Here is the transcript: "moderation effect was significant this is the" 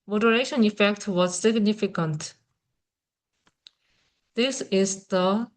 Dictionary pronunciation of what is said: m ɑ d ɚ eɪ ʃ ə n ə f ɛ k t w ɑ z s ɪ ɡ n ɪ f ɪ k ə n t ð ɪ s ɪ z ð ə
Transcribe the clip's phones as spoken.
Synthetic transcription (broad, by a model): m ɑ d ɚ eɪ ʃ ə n ə f ɛ k t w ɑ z s ɪ ɡ n ɪ f ɪ k ə n t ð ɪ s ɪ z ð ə